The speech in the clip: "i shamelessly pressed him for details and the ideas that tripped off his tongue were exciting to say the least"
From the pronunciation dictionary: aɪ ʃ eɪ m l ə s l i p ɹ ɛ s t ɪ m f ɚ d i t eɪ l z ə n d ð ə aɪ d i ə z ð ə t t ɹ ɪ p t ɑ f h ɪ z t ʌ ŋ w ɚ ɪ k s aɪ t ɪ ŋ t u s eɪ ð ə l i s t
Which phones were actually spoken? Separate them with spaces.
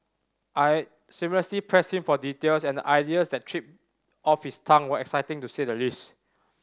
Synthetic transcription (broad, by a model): aɪ s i m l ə s l i p ɹ ɛ s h ɪ m f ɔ d i t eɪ l s ə n d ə aɪ d i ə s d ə t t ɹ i p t ɑ f h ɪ s t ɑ ŋ w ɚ ɪ k s aɪ t ɪ ŋ t u s eɪ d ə l i s t